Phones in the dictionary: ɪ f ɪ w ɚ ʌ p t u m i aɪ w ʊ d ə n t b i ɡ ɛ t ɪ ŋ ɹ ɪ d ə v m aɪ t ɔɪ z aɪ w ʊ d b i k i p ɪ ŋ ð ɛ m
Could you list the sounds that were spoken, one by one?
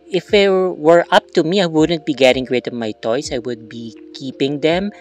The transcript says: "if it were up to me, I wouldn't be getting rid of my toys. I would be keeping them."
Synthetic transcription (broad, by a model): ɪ f ɪ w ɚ ʌ p t u m i aɪ w ʊ d ə n t b i ɡ ɛ t ɪ ŋ ɹ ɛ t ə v m aɪ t ɔɪ s aɪ w ʊ d b i k i p ɪ ŋ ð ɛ m